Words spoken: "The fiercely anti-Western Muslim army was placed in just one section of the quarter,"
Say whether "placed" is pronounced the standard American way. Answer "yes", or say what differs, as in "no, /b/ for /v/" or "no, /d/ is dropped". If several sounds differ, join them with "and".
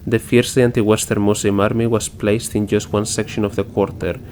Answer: yes